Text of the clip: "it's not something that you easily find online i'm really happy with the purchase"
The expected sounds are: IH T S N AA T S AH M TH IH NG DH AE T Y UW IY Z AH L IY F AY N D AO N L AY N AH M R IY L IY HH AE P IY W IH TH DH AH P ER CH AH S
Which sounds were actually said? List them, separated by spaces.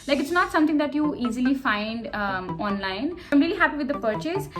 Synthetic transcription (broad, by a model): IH T S N AA T S AH M T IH NG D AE T Y UW IY Z AH L IY F AY N D AO N L AY N AH M R IY L IY HH AE P IY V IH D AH P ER CH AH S